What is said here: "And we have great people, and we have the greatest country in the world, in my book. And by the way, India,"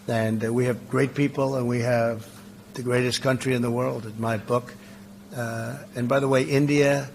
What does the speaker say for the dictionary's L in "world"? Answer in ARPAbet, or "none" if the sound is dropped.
L